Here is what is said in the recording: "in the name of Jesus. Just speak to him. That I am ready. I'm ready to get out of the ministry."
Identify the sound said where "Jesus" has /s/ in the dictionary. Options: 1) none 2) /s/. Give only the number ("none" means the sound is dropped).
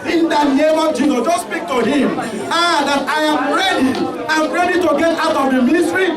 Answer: 1